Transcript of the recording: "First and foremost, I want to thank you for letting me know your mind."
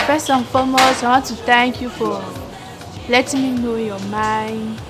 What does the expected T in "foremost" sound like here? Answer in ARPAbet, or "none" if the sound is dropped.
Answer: none